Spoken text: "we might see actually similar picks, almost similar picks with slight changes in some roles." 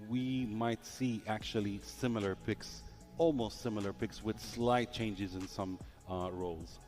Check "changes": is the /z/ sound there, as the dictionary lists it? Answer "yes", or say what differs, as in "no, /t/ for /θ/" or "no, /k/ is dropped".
yes